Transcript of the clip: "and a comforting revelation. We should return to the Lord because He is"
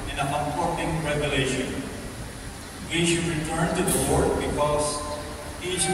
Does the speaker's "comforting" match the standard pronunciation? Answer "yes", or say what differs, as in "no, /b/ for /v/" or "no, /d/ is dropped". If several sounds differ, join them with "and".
no, /p/ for /f/